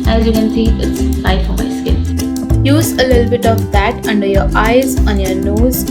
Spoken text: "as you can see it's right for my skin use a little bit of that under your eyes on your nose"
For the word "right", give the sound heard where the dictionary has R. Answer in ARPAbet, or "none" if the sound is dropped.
L